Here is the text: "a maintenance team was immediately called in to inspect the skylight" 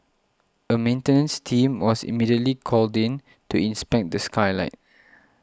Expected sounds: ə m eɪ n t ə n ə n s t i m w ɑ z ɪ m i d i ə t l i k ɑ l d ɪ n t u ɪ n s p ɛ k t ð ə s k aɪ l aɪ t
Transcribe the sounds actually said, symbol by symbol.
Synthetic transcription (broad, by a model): ə m eɪ n t ə n ə n s t i m w ɑ s ɪ m i d i ə t l i k ɑ l d ɪ n t u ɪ n s p ɛ k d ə s k aɪ l aɪ t